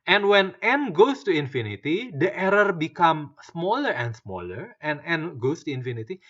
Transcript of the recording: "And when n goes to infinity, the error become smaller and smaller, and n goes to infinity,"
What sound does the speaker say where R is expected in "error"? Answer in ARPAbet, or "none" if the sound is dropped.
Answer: R